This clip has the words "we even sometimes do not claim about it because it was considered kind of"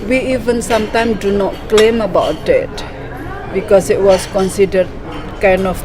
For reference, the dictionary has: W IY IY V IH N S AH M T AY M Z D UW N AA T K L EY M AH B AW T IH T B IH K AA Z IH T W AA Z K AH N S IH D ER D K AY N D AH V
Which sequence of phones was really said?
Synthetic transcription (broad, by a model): W IY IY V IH N S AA M T AY M D UW N AA T K L EY M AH B AW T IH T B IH K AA S IH T W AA S K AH N S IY D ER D K AY N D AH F